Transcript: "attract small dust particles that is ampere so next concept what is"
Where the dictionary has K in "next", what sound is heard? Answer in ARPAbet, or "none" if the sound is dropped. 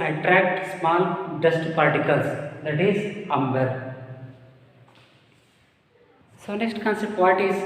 none